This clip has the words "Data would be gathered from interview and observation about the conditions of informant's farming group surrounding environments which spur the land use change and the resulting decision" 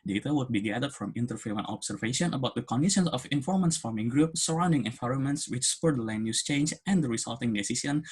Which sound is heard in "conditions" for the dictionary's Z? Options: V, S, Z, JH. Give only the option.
S